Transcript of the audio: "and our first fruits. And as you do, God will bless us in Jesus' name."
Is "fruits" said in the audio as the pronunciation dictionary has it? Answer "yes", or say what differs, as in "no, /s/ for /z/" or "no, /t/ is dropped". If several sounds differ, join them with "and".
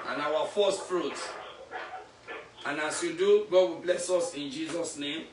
no, /s/ is dropped